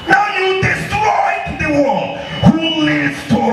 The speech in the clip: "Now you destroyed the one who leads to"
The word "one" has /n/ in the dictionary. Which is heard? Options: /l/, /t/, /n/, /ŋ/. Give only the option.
/l/